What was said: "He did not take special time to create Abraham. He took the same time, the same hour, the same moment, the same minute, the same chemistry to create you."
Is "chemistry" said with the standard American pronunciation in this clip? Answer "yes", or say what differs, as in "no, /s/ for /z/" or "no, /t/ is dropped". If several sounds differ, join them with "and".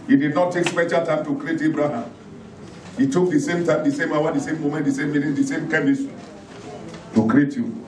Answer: no, /ɹ/ is dropped